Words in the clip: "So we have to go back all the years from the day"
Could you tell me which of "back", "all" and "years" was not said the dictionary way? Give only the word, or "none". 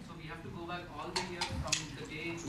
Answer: years